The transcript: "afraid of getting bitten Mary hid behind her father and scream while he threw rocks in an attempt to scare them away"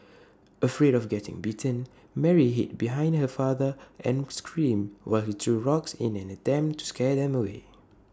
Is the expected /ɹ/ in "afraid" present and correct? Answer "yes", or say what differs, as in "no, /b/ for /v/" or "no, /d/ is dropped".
yes